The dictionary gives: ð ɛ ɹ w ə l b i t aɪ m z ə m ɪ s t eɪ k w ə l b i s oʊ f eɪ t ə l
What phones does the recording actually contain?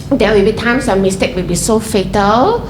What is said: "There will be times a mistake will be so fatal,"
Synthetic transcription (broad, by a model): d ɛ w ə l b i t aɪ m s ə m ɪ s t eɪ k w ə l b i s oʊ f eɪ t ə l